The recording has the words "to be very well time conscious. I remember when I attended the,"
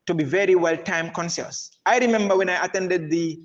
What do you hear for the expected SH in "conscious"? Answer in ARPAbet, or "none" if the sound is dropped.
S